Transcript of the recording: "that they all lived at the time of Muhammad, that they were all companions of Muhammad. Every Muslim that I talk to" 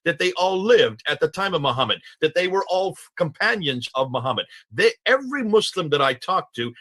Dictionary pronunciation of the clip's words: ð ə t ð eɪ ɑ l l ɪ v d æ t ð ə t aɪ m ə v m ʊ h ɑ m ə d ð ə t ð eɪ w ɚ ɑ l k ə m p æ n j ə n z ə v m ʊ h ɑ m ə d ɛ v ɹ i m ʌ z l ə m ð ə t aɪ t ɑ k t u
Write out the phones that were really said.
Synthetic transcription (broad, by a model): ð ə t ð eɪ ɑ l l ɪ v d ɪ t ð ə t aɪ m ə v m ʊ h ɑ m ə d ð ə t ð eɪ w ɚ ɑ l k ə m p æ n j ə n z ə v m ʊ h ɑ m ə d ɛ v ɹ i m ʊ s l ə m ð ə t aɪ t ɑ k t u